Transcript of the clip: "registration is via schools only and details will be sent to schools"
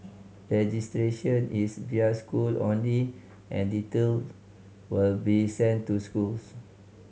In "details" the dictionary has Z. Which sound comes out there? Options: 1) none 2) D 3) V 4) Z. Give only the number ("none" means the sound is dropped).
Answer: 1